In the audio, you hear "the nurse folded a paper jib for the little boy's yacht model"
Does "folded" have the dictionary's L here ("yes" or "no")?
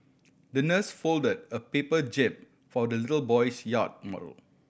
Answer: yes